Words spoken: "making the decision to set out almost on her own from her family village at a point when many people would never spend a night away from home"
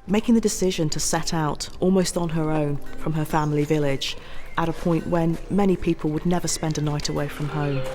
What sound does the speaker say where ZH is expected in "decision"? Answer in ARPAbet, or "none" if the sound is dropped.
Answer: ZH